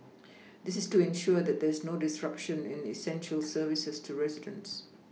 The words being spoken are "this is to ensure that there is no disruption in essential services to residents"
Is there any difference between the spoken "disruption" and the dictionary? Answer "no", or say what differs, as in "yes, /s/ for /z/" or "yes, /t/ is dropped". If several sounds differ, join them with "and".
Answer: no